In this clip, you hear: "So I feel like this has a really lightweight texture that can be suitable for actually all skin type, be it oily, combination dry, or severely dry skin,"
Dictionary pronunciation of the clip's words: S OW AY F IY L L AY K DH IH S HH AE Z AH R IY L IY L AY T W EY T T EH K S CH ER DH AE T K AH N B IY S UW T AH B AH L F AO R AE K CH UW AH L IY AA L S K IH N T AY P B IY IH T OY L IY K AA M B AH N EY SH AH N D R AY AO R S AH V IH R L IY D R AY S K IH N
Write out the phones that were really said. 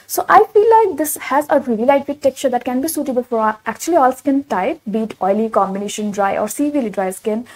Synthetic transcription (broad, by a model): S OW AY F IY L L AY K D IH S HH AE Z AH R IY L IY L AY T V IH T T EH K CH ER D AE T K AH N B IY S UW T AH B AH L F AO R AE K CH UW AH L IY AA L S K IH N T AY P B IY T OY L IY K AA M B AH N EY SH AH N D R AY AO R S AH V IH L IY D R AY S K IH N